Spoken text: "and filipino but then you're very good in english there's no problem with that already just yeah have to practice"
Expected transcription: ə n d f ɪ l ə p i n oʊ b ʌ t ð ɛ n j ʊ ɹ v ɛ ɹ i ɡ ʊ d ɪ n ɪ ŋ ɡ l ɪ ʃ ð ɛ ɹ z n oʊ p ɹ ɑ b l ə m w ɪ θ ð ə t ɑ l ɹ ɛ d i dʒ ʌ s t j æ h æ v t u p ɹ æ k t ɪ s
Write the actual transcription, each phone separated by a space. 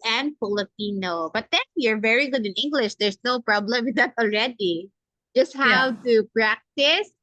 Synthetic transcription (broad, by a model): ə n d f ɪ l ə p i n oʊ b ʌ t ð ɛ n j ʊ ɹ v ɛ ɹ i ɡ ʊ d ɪ n ɪ ŋ ɡ l ɪ ʃ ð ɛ ɹ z n oʊ p ɹ ɑ b l ə m w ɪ ð ə t ɑ l ɹ ɛ d i dʒ ʌ s t h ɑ w t u p ɹ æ k t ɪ s